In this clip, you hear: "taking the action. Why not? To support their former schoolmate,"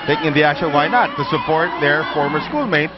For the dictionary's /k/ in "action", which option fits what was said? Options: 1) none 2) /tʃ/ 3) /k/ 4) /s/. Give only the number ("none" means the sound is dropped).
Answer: 1